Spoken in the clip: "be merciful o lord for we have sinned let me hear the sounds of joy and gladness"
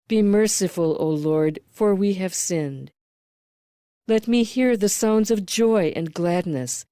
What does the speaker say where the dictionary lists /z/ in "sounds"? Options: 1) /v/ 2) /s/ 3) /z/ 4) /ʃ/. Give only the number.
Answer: 3